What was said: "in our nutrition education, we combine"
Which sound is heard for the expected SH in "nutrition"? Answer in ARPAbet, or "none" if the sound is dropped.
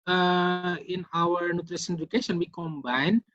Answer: S